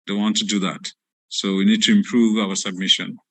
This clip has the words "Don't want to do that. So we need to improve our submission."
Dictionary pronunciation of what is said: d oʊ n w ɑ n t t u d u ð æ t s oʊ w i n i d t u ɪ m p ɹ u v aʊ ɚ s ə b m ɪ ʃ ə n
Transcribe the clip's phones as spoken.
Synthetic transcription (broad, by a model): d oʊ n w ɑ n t t u d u ð æ t s oʊ w i n i d t u ɪ m p ɹ u v aʊ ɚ s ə b m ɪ ʃ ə n